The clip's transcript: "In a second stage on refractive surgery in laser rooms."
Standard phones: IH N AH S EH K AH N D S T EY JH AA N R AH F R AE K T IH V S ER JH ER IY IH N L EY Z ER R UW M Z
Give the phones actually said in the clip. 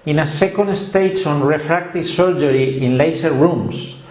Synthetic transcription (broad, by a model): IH N AH S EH K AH N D S T EY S AA N R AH F R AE K T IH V S ER JH ER IY IH N L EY S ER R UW M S